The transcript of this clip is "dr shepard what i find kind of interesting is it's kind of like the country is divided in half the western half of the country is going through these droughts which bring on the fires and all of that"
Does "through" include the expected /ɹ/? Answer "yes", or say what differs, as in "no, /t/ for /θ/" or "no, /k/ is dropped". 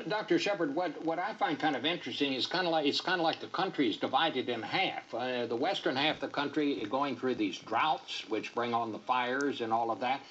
yes